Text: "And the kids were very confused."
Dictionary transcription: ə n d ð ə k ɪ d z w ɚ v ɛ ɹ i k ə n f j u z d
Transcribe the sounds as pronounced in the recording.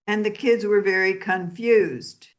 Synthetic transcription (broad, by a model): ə n ð ə k ɪ d z w ɚ v ɛ ɹ i k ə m f j u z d